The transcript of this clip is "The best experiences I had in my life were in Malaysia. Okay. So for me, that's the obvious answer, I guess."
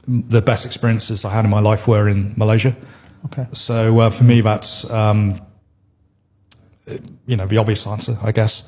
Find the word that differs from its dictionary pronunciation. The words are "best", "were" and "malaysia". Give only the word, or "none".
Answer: none